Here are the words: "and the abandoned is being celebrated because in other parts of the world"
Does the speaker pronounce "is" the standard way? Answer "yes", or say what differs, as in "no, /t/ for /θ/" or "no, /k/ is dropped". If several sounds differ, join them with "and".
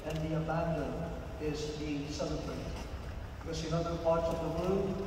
yes